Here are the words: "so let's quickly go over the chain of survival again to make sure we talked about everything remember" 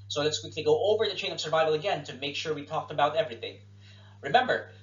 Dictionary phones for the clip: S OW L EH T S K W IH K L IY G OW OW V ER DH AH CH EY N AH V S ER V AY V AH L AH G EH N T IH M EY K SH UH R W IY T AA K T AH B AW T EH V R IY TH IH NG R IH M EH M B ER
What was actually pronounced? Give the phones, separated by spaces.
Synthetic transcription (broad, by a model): S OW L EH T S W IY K IY G OW OW V ER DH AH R EY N AH V S ER V AY V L AH G EH N T IH M EY K SH UH R W IY T AA K T AH B AW T EH V R IY TH IH NG R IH M EH M B ER